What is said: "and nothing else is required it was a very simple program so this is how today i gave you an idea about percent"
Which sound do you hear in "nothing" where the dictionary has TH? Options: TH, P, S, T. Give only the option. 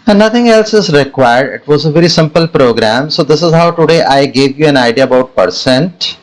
T